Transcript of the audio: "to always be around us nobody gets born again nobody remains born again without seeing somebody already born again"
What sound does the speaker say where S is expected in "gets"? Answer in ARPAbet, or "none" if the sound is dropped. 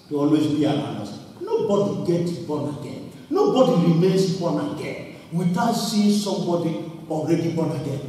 none